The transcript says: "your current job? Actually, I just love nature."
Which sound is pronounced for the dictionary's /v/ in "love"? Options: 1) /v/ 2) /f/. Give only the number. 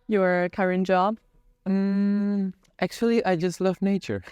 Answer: 1